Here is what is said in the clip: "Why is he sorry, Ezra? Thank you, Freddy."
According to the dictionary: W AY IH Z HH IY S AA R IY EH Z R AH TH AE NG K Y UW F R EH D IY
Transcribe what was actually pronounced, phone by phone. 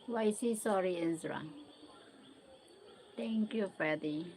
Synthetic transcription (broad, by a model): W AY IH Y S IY S AA R IY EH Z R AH T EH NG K Y UW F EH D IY